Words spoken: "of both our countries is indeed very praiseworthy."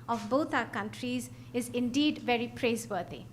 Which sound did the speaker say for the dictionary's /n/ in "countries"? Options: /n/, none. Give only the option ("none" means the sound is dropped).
/n/